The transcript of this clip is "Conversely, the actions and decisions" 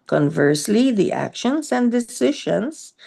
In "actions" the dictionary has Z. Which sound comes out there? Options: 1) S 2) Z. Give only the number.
1